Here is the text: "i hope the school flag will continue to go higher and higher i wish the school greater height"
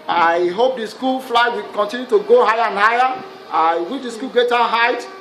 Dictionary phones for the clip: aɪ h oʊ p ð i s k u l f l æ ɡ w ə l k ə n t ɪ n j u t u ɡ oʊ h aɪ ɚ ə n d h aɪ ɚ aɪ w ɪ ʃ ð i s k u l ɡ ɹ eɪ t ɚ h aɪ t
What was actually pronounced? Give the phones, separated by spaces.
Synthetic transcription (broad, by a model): aɪ h oʊ p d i s k u l f l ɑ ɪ w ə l k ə n t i n j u t u ɡ oʊ h aɪ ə n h aɪ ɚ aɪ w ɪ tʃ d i s k u l ɡ eɪ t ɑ h aɪ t